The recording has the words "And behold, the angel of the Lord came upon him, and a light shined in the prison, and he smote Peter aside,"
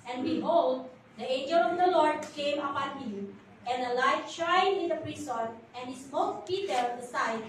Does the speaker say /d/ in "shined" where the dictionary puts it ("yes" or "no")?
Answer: no